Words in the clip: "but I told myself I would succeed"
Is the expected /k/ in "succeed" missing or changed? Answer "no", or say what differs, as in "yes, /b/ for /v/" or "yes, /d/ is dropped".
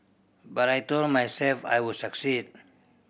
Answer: no